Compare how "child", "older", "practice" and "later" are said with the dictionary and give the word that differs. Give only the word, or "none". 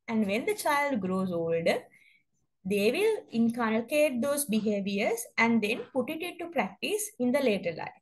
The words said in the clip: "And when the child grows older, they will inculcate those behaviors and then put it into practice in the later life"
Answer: none